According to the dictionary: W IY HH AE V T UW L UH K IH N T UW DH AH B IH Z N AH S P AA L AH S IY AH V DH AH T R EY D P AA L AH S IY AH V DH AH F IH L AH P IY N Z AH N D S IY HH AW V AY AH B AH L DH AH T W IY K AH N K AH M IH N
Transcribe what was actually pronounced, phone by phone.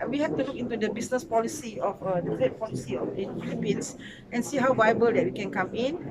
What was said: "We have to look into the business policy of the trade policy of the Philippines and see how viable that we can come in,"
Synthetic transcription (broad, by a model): W IY HH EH F T UW L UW K IH N T UW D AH B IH S N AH S P AA L AH S IY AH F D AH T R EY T P AA L AH S IY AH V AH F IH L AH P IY N S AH N S IY HH AW V AY AH B AH L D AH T W IY K AH N K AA M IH N